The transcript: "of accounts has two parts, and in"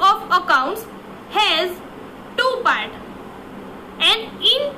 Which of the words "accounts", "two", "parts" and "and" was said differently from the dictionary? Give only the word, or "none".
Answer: parts